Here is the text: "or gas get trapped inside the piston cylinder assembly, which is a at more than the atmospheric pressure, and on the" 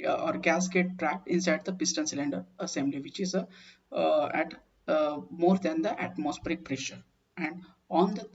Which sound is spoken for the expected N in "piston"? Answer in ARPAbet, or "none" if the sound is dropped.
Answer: N